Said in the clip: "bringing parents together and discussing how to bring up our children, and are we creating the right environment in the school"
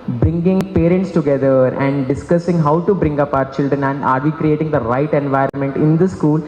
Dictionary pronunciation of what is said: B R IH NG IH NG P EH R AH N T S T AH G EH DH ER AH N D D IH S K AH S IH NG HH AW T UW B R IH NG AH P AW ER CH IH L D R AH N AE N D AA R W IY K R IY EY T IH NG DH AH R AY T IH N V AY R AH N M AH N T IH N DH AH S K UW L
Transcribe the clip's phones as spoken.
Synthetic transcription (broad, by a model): B R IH NG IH NG P EH R AH N T S T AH G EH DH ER AH N D D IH S K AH S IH NG HH AW T UW B R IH NG AH P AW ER CH IH L D R AH N AE N D AA R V IY K R IY EY T IH NG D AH R AY T IH N V AY R AH N M AH N T IH N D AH S K UW L